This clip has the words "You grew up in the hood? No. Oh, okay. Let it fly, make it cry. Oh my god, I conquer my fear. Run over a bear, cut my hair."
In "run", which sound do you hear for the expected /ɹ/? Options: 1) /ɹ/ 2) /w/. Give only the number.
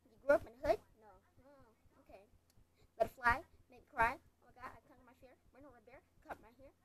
2